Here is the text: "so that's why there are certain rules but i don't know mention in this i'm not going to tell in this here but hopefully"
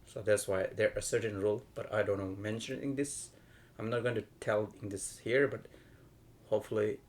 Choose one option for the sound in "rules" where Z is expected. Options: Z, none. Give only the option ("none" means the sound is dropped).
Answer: none